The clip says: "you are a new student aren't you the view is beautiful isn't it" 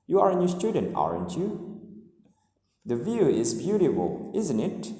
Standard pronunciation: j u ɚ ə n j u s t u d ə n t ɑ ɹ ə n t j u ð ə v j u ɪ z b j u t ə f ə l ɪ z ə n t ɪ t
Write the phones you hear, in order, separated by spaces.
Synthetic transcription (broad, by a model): j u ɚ ə n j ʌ s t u d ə n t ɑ ɹ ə n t j u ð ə v j u ɪ z b j u t ə f ə l ɪ z ə n t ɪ t